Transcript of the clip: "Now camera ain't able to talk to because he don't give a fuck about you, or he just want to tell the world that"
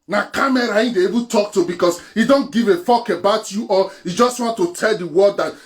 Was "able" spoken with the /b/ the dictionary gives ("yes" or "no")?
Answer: no